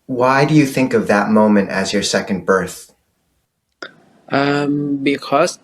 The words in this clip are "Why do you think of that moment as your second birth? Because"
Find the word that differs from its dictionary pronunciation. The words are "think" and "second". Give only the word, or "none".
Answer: none